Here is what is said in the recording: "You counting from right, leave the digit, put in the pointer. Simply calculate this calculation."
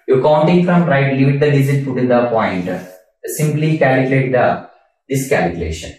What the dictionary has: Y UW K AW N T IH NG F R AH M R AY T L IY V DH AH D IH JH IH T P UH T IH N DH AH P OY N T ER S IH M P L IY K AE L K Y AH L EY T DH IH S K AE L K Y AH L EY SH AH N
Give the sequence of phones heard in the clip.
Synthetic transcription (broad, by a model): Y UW K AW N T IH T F R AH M R AY T L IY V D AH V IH Z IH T P UH T IH N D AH P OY N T S IH M P L IY K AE L K Y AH L EY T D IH S K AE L K Y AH L EY SH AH N